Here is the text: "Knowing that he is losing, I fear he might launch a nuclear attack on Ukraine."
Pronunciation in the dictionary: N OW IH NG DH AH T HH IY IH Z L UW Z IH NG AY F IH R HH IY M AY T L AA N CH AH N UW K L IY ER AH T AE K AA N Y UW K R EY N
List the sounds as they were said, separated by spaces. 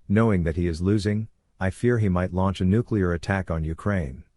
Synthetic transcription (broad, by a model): N OW IH NG DH AH T HH IY IH Z L UW Z IH NG AY F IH R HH IY M AY T L AA N CH AH N UW K L IY ER AH T AE K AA N Y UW K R EY N